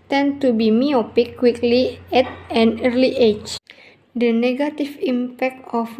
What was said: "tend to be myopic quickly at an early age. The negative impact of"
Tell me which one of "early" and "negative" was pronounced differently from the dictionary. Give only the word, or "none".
negative